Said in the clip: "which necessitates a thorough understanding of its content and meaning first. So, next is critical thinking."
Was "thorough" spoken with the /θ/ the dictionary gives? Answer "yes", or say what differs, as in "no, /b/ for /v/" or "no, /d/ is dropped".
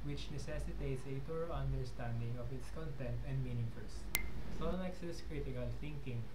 no, /t/ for /θ/